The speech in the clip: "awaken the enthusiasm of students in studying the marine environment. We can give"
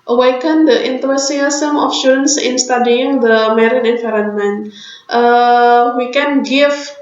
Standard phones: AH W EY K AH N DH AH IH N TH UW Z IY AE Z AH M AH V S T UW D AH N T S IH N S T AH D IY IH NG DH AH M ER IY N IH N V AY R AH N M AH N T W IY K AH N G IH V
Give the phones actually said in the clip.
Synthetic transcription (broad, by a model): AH W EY K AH N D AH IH N T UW S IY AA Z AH M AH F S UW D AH N S IH N S T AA D IY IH NG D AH M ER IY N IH N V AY R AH N M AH N T W IY K AH N G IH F